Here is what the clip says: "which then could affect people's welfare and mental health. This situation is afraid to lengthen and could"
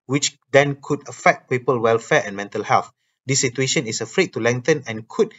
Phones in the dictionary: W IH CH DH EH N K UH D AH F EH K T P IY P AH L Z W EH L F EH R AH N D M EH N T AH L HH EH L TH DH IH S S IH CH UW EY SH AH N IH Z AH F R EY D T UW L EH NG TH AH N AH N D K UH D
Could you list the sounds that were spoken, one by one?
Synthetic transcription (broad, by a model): W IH CH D EH N K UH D AH F EH K T P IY P AH L W EH L F EH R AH N M EH N T AH L HH EH L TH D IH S S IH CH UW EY SH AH N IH S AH F R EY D T UW L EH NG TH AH N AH N K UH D